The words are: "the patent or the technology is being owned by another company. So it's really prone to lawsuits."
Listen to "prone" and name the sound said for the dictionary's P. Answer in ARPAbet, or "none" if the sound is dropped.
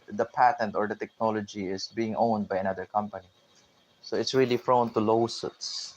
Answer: F